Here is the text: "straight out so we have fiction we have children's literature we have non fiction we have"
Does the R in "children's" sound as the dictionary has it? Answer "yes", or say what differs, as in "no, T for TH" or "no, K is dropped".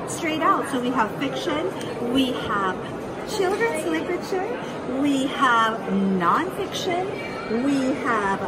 yes